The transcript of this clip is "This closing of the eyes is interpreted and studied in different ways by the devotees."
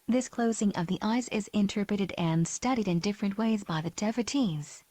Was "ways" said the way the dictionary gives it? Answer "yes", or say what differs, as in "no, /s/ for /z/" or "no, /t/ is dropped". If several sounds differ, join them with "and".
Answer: yes